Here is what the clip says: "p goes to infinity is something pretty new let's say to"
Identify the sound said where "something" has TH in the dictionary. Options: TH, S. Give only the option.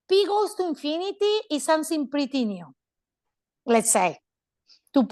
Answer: S